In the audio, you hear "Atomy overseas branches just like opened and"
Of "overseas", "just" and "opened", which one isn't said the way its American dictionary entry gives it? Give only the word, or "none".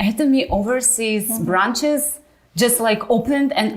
none